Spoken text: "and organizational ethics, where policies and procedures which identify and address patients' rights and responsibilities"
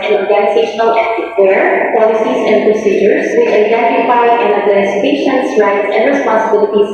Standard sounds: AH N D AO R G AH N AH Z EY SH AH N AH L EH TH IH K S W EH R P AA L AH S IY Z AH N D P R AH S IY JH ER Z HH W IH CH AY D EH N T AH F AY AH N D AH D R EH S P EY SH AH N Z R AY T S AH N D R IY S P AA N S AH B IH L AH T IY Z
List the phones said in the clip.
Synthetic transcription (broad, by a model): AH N AO R G AH N AH Z EY SH AH N AH L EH T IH W EH R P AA L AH S IY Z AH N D P R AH S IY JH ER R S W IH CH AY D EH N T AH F AY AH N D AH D L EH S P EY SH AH N S R AY T S AH N D R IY S P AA N S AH B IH L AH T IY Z